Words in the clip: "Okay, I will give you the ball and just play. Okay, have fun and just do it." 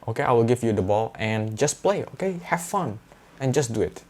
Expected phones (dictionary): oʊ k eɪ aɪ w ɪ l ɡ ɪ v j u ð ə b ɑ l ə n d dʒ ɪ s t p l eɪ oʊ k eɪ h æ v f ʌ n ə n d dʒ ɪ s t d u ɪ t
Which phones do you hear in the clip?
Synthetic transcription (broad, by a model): oʊ k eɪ aɪ w ɪ l ɡ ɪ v j u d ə b ɑ l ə n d dʒ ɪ s p l eɪ oʊ k eɪ h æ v f ʌ n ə n dʒ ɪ s d u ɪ t